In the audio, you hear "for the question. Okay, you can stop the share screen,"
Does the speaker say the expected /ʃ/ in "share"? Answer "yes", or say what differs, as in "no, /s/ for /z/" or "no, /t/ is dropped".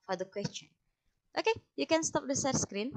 no, /s/ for /ʃ/